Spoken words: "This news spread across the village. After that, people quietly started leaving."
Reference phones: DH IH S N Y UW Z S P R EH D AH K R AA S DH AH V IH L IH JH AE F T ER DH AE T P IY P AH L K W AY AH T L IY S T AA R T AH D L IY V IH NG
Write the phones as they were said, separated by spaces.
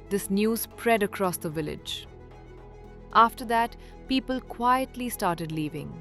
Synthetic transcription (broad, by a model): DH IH S N Y UW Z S P R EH D AH K R AA S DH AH V IH L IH JH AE F T ER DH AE T P IY P AH L K W AY AH T L IY S T AA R T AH D L IY V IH NG